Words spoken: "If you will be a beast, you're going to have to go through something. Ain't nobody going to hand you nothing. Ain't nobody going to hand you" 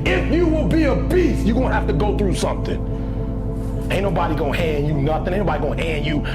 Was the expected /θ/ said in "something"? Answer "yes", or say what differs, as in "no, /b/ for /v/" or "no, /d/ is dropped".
yes